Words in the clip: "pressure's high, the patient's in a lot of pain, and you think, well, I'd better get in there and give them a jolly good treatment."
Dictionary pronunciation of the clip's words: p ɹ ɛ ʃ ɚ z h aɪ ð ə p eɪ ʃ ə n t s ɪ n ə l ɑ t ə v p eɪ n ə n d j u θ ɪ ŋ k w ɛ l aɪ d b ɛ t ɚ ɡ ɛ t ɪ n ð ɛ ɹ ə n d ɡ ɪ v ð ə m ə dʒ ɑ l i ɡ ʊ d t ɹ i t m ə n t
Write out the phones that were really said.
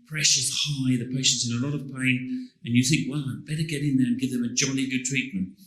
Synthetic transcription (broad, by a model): p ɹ ɛ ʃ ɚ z h aɪ ð ə p eɪ ʃ ə n t s ɪ n ə l ɑ t ə v p eɪ n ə n j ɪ θ ɪ ŋ k w ɛ l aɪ b ɛ t ɚ ɡ ɛ t ɪ n ð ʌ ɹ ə n ɡ ɪ v ð ə m ə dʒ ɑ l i ɡ ʊ d t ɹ i t m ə n t